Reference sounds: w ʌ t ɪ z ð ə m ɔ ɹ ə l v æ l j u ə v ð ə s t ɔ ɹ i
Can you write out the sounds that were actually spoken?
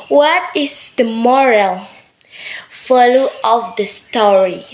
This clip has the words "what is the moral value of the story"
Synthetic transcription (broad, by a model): w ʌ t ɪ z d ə m ɔ ɹ ə l f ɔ l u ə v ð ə s t ɔ ɹ i